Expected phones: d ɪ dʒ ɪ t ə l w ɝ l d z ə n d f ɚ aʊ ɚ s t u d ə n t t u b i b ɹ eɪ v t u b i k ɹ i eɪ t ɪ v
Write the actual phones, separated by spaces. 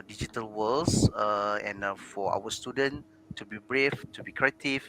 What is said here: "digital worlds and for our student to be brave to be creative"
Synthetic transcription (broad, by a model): d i dʒ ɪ t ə l w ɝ l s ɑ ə n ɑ f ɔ aʊ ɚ s t u d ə n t t u b i b ɹ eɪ f t u b i k ɹ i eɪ t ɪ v